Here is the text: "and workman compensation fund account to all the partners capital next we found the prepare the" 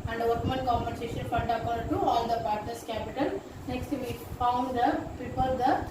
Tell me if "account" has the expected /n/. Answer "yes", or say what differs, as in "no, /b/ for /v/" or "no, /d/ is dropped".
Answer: no, /n/ is dropped